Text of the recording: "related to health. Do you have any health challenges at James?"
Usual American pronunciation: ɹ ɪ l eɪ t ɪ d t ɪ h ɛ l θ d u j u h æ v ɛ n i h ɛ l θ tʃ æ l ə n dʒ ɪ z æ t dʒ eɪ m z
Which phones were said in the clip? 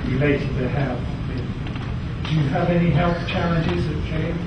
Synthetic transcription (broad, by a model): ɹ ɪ l eɪ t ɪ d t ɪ h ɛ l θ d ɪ j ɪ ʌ v ɛ n i h ɛ l θ tʃ æ l ə n dʒ ɪ z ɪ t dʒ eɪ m